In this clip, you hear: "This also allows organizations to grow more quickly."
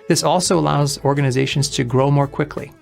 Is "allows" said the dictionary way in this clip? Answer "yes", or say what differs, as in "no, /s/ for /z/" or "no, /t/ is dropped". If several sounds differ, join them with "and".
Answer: yes